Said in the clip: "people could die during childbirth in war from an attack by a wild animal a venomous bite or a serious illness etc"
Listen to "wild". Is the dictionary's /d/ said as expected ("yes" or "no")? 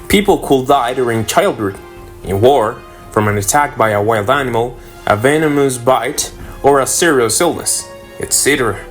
yes